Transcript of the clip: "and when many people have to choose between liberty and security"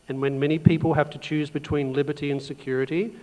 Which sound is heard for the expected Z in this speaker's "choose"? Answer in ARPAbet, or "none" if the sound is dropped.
Z